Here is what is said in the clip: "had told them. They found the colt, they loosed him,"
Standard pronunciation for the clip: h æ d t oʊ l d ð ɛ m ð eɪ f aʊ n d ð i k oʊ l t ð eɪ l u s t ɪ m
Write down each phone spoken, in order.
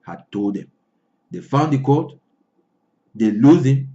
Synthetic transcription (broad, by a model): h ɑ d t oʊ l d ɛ m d eɪ f aʊ n d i k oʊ t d eɪ l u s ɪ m